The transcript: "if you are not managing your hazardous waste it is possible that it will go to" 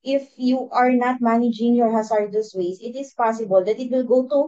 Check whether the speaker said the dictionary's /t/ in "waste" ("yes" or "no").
no